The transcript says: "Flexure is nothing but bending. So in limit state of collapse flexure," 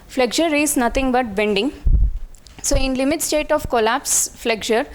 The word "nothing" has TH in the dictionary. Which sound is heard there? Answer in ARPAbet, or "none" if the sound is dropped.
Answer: T